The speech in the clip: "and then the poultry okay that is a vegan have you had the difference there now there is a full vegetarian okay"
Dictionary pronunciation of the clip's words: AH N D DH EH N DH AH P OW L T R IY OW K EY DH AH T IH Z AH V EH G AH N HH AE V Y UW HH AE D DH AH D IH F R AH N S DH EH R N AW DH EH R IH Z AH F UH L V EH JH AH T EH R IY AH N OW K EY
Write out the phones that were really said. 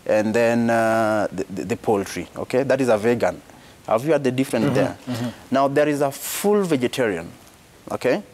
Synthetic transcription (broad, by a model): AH N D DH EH N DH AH P OW L T R IY OW K EY DH AH T IH Z AH V EH G AH N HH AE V Y UW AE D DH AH D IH F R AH N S DH EH R N AW DH EH R IH Z AH F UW L V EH JH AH T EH R IY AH N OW K EY